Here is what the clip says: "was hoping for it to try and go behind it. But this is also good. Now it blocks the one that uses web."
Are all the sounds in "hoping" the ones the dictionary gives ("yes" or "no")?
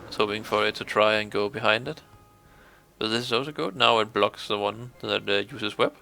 no